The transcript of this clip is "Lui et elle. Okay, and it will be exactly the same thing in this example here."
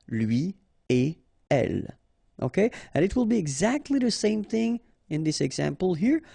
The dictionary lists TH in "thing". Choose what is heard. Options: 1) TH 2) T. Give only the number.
1